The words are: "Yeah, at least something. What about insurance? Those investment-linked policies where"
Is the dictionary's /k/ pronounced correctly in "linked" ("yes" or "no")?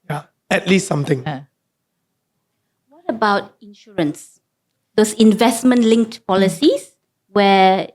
yes